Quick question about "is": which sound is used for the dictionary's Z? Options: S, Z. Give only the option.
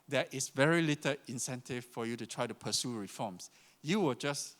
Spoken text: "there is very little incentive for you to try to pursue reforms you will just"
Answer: S